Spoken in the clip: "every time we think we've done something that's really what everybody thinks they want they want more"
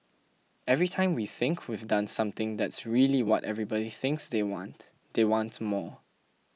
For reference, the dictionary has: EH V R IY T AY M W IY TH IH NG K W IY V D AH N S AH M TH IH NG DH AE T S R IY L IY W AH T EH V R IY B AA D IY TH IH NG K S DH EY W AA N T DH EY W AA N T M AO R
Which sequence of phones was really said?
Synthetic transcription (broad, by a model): EH V R IY T AY M W IY TH IH NG K W IY V D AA N S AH M T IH NG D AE T S R IY L IY W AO T EH V R IY B AA D IY TH IH NG K S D EY W AA N T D EY W AA N T M AO